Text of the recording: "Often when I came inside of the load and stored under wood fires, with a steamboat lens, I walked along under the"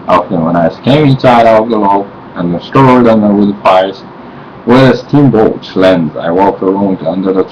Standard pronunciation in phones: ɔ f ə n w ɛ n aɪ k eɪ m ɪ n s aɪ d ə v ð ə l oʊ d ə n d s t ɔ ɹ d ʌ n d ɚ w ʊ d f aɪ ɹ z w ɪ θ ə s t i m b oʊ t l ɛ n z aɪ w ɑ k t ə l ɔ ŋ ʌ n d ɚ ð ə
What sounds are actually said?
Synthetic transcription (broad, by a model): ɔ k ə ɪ w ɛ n aɪ k eɪ m ɪ n s aɪ d ə v ð ə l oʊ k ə n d s t ɔ ɹ d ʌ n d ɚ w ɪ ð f aɪ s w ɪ ə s t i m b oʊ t l ɛ n z aɪ w ɑ k t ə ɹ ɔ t ʌ n d ɚ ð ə